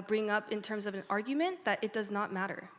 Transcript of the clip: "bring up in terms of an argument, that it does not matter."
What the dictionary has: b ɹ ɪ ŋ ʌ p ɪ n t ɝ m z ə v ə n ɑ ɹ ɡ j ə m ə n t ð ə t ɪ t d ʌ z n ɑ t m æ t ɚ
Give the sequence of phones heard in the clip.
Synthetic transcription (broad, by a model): b ɹ ɪ ŋ ʌ p ɪ n t ɝ m z ə v ə n ɑ ɹ ɡ j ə m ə n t ð ə t ɪ t d ʌ z n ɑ t m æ t ɚ